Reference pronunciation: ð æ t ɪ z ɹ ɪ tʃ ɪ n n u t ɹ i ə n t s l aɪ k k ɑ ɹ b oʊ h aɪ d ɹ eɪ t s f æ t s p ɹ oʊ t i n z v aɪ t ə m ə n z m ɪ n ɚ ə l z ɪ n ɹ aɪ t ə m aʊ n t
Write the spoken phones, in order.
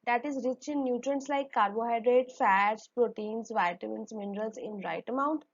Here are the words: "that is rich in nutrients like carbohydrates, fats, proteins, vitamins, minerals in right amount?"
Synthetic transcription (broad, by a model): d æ t ɪ z ɹ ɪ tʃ ɪ n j u t ɹ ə n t s l aɪ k k ɑ ɹ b oʊ h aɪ d ɹ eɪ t f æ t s p ɹ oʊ t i n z v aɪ t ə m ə n s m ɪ n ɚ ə l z ɪ n ɹ aɪ t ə m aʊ n t